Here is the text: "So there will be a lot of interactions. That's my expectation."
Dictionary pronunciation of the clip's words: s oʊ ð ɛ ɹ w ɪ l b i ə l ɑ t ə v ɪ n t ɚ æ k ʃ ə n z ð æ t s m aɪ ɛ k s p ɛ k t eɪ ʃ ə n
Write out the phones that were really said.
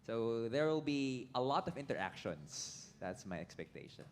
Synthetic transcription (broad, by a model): s oʊ ð ɛ ɹ w ɪ l b i ə l ɑ t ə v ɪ n t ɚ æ k ʃ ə n s ð æ t s m aɪ ɛ k s p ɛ k t eɪ ʃ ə n